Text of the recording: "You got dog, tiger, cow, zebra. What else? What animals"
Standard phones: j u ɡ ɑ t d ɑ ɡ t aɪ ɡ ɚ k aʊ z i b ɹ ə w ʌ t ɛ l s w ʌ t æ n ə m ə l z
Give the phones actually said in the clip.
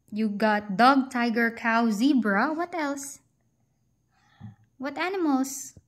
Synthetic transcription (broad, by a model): j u ɡ ɑ t d ɑ ɡ t aɪ ɡ ɚ k aʊ z i b ɹ ə w ʌ t ɛ l s w ʌ t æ n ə m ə l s